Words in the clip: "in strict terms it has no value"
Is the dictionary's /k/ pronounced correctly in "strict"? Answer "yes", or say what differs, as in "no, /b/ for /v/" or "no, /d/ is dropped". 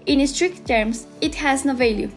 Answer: yes